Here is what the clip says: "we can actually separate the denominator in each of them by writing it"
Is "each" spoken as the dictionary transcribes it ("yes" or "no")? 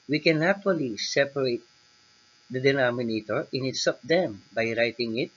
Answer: no